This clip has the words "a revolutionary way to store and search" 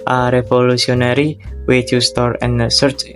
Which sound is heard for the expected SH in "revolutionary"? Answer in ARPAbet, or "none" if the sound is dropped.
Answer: S